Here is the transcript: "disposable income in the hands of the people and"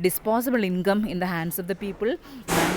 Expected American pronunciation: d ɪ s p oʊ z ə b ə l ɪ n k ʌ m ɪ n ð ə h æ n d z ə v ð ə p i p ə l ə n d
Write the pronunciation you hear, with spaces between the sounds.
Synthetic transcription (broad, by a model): d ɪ s p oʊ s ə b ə l ɪ n k ʌ m ɪ n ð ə h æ n d s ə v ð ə p i p ə l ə